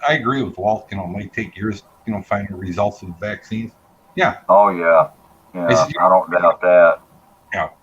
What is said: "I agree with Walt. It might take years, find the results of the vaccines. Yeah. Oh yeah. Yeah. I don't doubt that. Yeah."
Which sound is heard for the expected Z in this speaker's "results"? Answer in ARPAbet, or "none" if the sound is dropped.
Z